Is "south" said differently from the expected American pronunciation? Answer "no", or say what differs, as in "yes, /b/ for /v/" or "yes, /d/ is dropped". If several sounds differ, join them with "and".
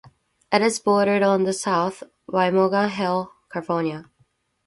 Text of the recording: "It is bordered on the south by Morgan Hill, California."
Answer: no